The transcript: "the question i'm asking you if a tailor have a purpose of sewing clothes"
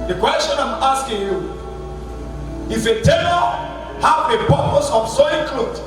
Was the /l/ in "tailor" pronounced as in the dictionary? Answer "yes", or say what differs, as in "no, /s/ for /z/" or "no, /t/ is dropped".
no, /n/ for /l/